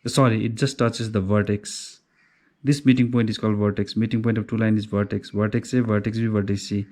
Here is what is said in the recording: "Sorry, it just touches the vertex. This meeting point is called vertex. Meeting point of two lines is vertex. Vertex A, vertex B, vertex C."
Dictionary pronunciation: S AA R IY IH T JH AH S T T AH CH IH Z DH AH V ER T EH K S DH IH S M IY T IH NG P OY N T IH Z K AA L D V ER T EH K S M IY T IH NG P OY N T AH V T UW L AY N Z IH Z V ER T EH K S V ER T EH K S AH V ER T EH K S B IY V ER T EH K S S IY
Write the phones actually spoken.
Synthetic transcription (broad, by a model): S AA R IY IH T JH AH S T T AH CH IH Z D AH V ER T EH K S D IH S M IY T IH NG P OY N T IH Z K AA L D V ER T EH K S M IY T IH NG P OY N T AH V T UW L AY N IH Z V ER T EH K S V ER T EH K S AH V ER T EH K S B IY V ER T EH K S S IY